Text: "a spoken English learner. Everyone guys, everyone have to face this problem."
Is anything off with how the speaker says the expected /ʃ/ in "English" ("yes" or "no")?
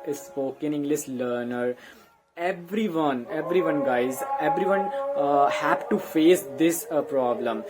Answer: yes